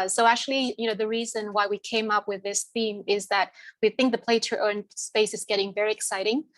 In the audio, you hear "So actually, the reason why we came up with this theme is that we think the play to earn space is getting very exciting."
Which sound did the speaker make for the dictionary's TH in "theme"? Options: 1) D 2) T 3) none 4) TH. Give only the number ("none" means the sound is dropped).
4